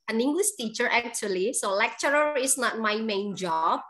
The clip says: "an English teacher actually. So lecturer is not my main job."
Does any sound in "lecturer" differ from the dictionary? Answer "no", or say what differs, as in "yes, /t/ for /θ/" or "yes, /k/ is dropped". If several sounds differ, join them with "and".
no